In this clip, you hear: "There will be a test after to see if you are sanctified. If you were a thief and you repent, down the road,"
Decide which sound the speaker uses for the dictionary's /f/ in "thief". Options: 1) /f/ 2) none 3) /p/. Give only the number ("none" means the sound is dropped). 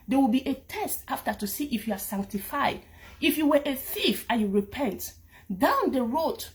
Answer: 1